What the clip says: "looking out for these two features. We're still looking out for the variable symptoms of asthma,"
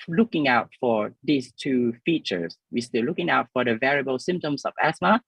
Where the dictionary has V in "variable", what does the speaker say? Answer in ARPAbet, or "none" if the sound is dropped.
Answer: V